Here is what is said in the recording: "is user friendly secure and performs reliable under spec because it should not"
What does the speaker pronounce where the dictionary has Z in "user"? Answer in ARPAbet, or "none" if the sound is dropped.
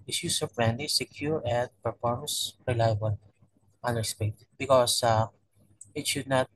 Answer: S